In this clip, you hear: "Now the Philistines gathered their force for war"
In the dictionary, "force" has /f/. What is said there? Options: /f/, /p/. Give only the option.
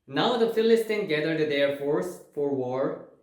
/f/